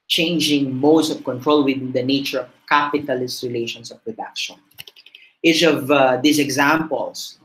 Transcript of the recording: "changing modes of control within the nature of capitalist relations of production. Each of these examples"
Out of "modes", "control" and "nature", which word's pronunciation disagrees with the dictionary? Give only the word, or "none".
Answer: modes